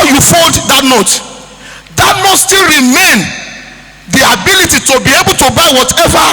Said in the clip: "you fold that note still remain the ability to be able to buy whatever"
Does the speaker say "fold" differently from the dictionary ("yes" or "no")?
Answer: yes